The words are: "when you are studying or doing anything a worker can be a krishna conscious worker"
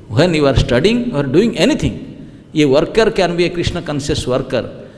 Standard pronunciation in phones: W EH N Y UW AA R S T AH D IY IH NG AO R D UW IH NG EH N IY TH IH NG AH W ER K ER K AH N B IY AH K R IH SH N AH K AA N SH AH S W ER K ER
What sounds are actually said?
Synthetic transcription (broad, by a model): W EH N Y UW AA R S T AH D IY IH NG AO R D UW IH NG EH N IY T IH NG AH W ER K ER K AH N B IY AH K R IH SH N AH K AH N S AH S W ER K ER